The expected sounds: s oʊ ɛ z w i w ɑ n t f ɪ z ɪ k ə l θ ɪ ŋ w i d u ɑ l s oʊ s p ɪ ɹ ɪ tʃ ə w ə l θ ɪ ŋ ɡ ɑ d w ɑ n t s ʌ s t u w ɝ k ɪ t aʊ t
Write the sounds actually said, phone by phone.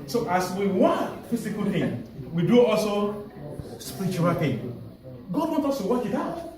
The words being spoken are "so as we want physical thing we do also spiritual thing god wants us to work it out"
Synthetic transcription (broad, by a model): s oʊ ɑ s w i w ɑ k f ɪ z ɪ k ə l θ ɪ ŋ w i d u ɑ l s oʊ s p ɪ ɹ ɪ tʃ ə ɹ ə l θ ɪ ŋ ɡ ɑ d w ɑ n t ɔ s t u w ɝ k ɪ t aʊ t